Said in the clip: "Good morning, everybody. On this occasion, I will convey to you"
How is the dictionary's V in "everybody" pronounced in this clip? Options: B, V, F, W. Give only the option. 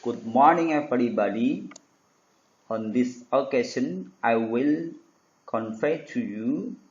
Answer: F